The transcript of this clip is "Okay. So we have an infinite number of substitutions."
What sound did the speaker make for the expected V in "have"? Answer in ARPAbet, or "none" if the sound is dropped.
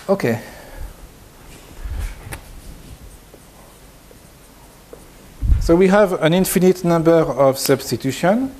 V